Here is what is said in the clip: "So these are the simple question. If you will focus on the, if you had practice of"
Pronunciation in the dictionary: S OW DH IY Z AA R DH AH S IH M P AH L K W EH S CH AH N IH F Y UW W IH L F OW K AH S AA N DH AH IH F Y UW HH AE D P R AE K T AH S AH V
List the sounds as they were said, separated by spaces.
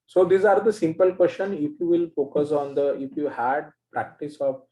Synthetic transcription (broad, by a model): S OW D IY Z AA R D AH S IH M P AH L K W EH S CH AH N IH F Y UW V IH L F OW K AH S AA N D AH IH F Y UW HH AE D P R AE K T AH S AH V